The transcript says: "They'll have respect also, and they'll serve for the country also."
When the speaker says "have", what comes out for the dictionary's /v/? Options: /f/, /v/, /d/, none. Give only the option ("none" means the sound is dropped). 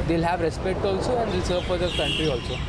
/v/